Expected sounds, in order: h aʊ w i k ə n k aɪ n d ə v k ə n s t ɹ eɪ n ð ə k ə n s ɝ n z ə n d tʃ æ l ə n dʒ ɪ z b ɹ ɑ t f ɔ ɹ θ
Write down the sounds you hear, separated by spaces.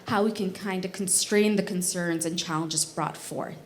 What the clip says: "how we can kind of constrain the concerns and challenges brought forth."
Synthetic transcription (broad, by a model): h aʊ w i k ə n k aɪ n d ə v k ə n s t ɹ eɪ n ð ə k ə n s ɝ n z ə n tʃ æ l ə n dʒ ɪ z b ɹ ɑ t f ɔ ɹ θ